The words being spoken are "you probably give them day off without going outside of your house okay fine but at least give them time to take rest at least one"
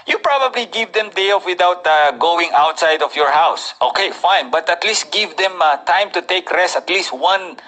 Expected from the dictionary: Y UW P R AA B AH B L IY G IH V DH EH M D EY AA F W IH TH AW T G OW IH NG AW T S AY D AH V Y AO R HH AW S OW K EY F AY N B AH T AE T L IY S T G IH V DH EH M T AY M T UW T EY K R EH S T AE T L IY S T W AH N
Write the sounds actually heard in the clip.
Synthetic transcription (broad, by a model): Y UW P R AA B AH B L IY G IH V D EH M D EY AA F W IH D AW T G OW IH NG AW T S AY D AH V Y AO R HH AW S OW K EY F AY N B AH T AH T L IY S T G IH V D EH M T AY M T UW T EY K R EH S T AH T L IY S T W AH N